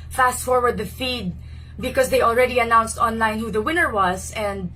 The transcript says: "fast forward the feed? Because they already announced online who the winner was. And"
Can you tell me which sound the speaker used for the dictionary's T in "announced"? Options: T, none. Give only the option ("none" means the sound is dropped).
T